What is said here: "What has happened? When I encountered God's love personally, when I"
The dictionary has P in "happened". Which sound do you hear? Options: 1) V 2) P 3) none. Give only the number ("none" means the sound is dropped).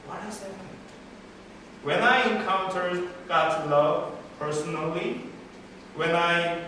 3